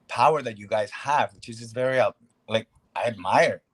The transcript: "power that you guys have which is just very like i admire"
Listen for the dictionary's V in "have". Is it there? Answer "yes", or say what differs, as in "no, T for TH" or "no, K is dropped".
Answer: yes